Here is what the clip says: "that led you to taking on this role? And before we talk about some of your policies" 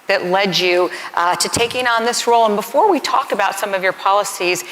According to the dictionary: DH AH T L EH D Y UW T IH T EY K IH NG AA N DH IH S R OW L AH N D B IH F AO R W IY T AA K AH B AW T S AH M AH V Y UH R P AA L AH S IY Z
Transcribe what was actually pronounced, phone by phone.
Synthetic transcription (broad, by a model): DH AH T L EH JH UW T IH T EY K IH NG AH N DH IH S R OW L AH N B IH F AO R W IY T AA K AH B AW T S AH M AH V Y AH R P AA L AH S IY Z